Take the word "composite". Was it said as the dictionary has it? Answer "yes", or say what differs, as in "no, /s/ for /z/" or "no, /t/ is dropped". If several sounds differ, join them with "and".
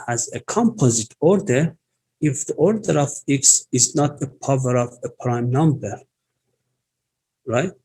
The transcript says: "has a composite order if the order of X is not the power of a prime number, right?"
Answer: yes